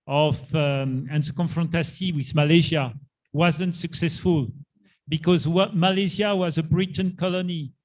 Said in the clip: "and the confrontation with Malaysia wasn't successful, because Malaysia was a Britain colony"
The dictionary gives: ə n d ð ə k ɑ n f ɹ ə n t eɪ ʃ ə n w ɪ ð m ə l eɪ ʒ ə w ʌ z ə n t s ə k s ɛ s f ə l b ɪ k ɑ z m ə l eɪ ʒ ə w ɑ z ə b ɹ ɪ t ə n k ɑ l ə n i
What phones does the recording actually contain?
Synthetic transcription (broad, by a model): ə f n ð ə k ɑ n f ɹ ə n t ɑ s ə w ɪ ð m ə l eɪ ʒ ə w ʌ z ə n t s ə k s ɛ s f ə l b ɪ k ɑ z m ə l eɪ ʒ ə w ɑ z ə b ɹ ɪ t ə n k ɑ l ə n i